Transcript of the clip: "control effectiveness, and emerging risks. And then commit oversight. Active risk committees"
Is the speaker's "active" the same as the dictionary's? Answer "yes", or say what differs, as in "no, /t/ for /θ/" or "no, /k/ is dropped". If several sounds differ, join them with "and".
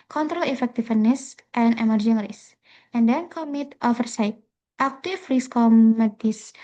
no, /f/ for /v/